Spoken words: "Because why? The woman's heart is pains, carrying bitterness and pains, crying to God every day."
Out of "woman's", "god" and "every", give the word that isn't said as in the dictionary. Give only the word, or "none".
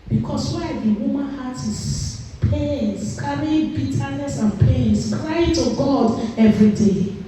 woman's